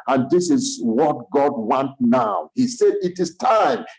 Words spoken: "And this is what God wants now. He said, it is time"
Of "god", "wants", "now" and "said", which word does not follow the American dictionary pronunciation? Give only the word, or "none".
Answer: wants